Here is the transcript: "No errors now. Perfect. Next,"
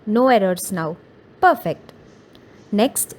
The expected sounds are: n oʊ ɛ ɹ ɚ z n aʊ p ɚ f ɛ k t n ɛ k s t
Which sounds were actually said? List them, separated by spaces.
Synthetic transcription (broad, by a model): n oʊ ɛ ɹ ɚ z n aʊ p ɚ f ɛ k t n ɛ k s t